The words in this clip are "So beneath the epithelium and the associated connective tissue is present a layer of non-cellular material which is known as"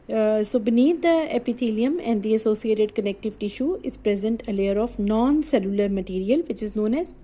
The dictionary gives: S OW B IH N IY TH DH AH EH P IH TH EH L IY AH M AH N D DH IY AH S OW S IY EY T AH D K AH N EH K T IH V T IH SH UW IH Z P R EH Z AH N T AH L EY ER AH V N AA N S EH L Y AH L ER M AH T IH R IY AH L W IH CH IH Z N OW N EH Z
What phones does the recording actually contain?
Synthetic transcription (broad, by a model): S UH B N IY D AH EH P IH T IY L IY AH M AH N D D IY AH S OW S IY EY T AH D K AH N EH K T IH V T IH SH UW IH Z P R EH Z AH N T AH L EY ER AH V N AA N S EH L Y AH L ER M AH T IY R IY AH L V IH CH IH Z N OW N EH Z